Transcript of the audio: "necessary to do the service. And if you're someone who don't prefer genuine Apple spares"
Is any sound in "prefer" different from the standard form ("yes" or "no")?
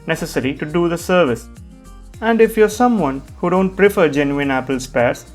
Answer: no